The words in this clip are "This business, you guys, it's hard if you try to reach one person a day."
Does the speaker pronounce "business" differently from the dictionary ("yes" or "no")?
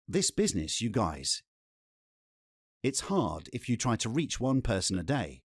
no